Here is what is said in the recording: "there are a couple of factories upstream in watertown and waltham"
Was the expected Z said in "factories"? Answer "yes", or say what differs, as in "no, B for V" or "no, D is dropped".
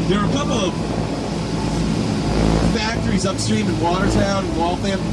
yes